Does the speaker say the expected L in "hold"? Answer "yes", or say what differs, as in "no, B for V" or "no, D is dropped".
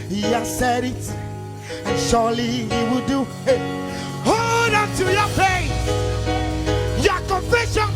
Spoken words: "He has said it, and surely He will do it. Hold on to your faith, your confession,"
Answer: no, L is dropped